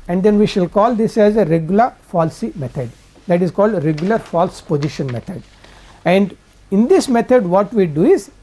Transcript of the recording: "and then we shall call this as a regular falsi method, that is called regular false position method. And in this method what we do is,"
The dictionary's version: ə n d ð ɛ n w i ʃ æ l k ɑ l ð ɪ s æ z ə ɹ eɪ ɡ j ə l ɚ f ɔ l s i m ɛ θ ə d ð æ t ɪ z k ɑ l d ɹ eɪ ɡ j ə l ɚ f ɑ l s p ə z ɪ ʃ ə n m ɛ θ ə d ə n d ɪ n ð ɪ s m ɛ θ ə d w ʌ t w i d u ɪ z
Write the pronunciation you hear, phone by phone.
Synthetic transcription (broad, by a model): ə n d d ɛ n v i ʃ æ l k ɑ l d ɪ s æ z ə ɹ eɪ ɡ j ə l ɚ f ɔ l s i m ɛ t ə d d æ t ɪ z k ɑ l d ɹ eɪ ɡ j ə l ɚ f ɑ l s p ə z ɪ ʃ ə n m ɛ t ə d ə n d ɪ n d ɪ s m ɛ t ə d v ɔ t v i d u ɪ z